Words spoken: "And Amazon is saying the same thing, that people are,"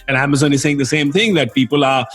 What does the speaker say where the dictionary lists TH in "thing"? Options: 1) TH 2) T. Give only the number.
1